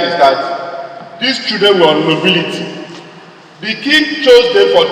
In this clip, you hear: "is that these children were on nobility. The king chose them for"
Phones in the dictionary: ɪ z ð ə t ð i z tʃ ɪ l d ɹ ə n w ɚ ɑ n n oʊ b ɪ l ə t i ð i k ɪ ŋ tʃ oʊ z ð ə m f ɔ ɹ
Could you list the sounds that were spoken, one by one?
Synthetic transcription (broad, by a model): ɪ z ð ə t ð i s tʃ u d ə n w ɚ ɑ n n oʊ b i l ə t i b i k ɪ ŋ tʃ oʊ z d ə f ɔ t